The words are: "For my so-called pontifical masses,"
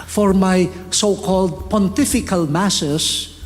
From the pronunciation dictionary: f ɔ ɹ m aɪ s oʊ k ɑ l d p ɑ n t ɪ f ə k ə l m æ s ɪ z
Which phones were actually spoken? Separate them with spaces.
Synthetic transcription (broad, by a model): f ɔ ɹ m aɪ s oʊ k ɑ l d p ɑ n t ɪ f ə k ə l m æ s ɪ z